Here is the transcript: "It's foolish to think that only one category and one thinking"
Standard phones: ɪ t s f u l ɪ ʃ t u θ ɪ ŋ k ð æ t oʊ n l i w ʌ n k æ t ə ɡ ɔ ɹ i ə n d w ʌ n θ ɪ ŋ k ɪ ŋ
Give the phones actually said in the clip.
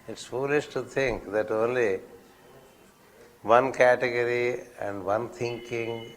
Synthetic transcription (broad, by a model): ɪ t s f u l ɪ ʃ t u t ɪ ŋ k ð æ t oʊ n l i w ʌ n k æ t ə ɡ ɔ ɹ i ə n d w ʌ n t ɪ ŋ k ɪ ŋ